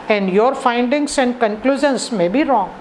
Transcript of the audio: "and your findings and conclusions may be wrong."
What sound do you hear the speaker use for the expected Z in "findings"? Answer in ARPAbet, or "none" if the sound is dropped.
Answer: S